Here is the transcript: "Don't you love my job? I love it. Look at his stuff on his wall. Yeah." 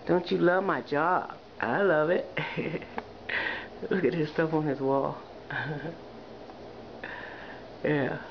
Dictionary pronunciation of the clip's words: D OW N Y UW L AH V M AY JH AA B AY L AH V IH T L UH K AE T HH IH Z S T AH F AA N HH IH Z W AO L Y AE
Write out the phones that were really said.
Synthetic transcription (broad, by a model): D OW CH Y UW L AH V M AY JH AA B AY L AH V IH T W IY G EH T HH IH S T AH F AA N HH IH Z W AO L Y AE